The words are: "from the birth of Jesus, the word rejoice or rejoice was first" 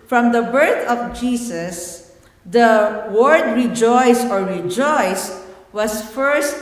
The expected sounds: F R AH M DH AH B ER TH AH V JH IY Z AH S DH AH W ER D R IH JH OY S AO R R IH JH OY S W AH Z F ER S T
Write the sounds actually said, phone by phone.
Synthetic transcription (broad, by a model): F R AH M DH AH B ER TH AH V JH IY S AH S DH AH W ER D R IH JH OY S AO R R IH JH OY S W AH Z F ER S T